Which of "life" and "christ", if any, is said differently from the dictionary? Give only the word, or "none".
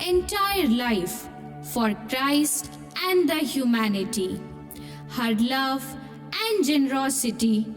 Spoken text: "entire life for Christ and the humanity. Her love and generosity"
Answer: none